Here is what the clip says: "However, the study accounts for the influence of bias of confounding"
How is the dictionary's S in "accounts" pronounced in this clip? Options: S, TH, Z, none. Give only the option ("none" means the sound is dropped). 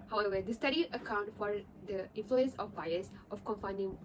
none